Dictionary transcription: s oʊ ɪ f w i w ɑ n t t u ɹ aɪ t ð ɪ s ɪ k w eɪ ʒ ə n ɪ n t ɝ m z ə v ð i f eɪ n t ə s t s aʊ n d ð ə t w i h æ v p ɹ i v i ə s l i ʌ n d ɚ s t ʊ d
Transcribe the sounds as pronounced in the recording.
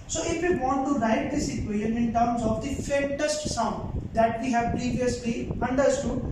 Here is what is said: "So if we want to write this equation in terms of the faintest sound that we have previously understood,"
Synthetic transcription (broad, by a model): s oʊ ɪ f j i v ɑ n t t u ɹ aɪ t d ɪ s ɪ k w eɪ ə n ɪ n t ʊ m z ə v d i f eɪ t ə s t s aʊ n d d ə t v i h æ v p ɹ i v i ə s l i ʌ n d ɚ s t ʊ d